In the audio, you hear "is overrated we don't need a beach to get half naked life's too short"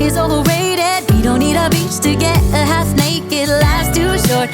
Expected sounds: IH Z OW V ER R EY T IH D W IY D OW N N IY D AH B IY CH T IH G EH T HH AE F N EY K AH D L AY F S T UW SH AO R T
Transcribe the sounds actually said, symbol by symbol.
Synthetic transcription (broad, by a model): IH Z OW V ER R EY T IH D W IY D OW N N IY D AH B IY CH T IH G EH T HH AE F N EY K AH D L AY S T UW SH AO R